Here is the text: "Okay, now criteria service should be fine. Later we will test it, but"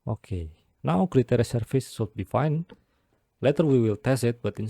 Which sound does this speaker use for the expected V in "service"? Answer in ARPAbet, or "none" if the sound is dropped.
F